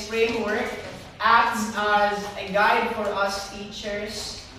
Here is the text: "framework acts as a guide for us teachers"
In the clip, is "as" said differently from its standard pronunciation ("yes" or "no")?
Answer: no